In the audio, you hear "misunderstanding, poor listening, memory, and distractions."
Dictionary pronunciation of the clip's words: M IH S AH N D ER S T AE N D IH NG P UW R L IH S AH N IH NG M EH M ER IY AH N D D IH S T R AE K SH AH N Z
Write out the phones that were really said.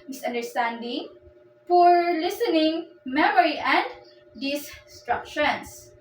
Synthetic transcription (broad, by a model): M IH S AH N D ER S T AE N D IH NG F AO R L IH S AH N IH NG M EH M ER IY AH N D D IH S T R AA K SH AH N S